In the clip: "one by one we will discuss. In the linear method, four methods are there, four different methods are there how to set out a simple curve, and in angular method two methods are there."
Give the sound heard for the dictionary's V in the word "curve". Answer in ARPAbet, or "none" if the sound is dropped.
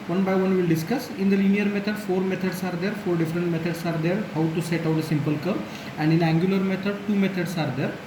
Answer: none